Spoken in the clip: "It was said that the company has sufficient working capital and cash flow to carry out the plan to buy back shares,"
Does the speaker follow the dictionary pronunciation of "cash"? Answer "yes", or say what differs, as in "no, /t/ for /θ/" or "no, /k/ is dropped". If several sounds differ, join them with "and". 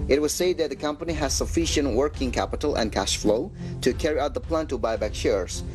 yes